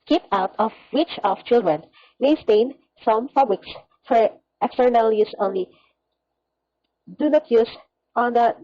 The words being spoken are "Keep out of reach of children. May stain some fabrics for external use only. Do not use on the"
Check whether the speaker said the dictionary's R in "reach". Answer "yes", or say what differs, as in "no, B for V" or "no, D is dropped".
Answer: no, W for R